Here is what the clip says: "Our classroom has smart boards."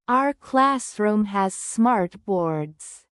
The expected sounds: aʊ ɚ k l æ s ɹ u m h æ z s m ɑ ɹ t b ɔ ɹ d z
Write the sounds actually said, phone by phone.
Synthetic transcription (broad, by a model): aʊ ɚ k l æ s ɹ u m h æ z s m ɑ ɹ t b ɔ ɹ d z